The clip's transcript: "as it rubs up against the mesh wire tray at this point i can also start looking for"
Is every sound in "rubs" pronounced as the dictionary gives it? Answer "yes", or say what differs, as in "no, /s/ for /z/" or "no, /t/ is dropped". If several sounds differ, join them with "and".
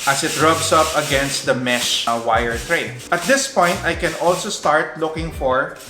no, /s/ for /z/